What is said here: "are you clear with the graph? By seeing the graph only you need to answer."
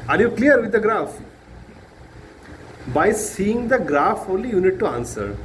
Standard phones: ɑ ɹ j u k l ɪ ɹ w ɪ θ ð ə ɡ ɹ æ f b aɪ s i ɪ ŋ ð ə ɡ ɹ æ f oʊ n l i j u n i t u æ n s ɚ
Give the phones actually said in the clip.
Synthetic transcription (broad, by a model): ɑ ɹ j u k l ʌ ɹ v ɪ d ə ɡ ɹ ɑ f b aɪ s i ɪ ŋ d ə ɡ ɹ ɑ f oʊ l i j u n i t u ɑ n s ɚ